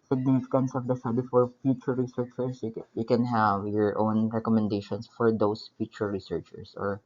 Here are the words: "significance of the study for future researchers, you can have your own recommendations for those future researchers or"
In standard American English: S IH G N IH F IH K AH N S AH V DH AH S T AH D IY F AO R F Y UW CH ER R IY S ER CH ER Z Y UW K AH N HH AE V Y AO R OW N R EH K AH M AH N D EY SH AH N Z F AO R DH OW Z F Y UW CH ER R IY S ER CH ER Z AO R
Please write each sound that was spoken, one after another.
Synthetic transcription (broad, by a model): S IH G N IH F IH K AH N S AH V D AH S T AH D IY F AO R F Y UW CH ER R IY S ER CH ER S Y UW K AH N HH AE V Y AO R OW N R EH K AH M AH N D EY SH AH N S F AO R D OW S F Y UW CH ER R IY S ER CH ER S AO R